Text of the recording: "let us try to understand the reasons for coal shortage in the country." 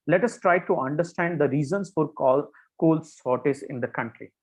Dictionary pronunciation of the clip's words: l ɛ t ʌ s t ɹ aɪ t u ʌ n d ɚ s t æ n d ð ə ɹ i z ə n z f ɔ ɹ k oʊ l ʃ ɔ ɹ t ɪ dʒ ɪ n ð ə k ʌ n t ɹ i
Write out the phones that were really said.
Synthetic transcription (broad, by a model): l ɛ t ʌ s t ɹ aɪ t u ʌ n d ɚ s t æ n d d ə ɹ i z ə n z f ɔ ɹ k oʊ l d ɔ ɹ t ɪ z ɪ n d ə k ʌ n t ɹ i